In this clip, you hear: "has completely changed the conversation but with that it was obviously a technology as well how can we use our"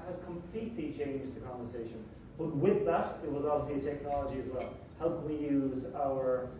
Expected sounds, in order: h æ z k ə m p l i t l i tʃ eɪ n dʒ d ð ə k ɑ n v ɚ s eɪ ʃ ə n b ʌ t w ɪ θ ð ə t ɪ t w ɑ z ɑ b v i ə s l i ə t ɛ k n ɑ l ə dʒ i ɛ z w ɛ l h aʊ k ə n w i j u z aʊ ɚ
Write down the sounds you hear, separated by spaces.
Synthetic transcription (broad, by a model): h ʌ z k ə m p l i t l i tʃ eɪ n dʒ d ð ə k ɑ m v ɚ s eɪ ʃ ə n b ʌ t w ɪ ð ə t ɪ t w ɑ z ɑ b v i ə s l i ə t ɛ k n ɑ l ə dʒ i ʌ z w ɛ l h aʊ k ə n w i j u z aʊ ɚ